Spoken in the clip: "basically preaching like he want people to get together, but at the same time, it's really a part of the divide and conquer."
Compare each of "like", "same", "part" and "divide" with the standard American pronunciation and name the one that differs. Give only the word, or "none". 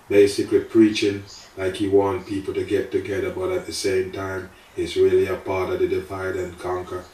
divide